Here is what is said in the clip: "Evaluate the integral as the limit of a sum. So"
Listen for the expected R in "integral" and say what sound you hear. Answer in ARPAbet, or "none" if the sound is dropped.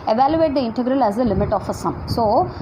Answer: R